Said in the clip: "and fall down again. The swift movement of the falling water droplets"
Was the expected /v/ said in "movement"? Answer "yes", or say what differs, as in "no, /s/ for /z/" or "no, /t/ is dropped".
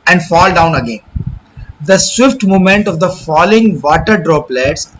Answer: no, /v/ is dropped